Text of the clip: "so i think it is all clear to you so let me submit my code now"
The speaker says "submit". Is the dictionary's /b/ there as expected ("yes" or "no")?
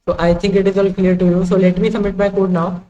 no